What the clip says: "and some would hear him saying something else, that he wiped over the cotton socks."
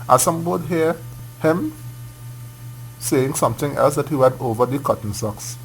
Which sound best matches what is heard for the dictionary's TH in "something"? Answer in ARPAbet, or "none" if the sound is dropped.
T